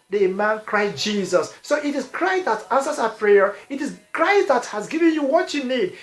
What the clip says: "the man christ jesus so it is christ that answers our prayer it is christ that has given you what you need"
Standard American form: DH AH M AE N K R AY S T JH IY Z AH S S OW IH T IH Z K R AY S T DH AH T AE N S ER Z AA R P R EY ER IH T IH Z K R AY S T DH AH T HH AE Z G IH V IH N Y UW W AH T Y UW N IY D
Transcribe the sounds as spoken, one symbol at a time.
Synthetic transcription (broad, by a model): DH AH M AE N K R AY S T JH IY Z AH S S OW IH T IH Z K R AY S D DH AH T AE N S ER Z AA P R EY ER IH T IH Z K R AY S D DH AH T HH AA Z G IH V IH N Y UW W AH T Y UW N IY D